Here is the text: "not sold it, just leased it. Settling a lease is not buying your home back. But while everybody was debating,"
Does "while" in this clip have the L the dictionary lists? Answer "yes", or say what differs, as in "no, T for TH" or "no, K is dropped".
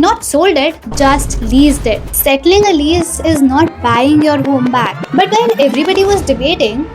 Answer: no, N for L